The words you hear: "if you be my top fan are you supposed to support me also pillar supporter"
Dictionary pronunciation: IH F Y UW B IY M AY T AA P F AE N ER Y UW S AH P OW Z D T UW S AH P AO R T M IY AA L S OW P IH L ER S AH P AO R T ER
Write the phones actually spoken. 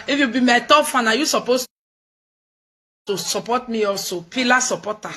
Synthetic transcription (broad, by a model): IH F Y UW B IY M AY T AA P F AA N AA Y UW S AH P OW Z T UW S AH P AO T M IY AA L S OW P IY L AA S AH P AO T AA